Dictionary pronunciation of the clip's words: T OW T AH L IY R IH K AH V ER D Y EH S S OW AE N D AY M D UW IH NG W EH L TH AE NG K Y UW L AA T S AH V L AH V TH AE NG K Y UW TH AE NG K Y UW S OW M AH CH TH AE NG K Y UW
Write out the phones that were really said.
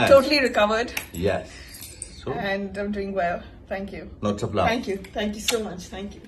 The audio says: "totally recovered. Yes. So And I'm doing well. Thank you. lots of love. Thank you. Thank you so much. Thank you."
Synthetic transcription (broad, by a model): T OW T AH L IY R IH K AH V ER D Y EH S S OW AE N D AY M D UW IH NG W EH L T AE NG K Y UW N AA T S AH P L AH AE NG K Y UW T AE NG K Y UW S OW M AH CH T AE NG K Y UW